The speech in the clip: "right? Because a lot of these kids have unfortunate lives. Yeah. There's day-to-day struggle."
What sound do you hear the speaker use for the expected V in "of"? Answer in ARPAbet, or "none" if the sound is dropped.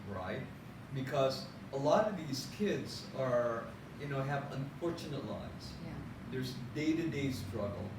V